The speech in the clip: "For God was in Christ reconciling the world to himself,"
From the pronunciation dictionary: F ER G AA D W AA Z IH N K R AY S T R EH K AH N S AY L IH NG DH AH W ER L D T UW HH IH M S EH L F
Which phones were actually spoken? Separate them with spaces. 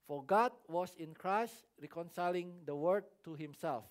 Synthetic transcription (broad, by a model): F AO G AA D W AA S IH N K R AY S T R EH K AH N S AY L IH NG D AH W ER D T UW HH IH M S EH L F